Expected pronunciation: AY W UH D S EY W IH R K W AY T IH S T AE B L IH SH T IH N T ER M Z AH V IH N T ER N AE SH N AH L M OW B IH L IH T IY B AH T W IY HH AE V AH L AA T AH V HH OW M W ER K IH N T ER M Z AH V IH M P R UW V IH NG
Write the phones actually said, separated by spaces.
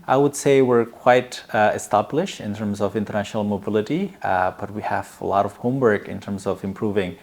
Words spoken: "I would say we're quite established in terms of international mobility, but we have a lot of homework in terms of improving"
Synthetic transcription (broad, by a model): AY W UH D S EY W IH R K W AY T IH S T AE B L IH SH T IH N T ER M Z AH V IH N T ER N AE SH N AH L M OW B IH L IH T IY B AH T W IY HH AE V AH L AA T AH V HH OW M W ER K IH N T ER M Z AH V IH M P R UW V IH NG